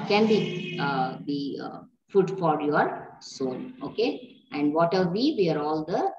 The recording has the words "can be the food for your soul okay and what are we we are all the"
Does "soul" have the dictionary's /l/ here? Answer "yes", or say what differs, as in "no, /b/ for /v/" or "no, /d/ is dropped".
no, /n/ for /l/